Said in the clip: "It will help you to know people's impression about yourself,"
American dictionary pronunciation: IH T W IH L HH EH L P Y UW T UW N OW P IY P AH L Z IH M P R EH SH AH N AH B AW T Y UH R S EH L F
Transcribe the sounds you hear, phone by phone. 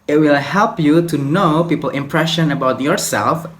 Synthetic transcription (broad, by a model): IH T W IH L HH EH L P Y UW T UW N OW P IY P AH L IH M P R EH SH AH N AH B AW T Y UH R S EH L F